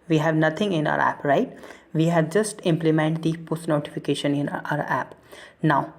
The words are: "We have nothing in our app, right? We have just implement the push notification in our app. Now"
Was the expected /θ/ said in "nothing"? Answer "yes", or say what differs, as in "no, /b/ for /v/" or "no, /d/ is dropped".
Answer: no, /t/ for /θ/